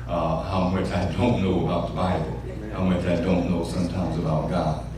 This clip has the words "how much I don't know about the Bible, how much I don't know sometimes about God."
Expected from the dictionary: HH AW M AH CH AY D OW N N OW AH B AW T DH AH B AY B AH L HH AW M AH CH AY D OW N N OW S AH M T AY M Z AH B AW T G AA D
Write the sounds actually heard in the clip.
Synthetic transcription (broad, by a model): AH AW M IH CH AY D OW N N OW AH B AW T DH AH B AY B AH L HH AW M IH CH AY D OW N N OW S AH M T AY M Z AH B AW T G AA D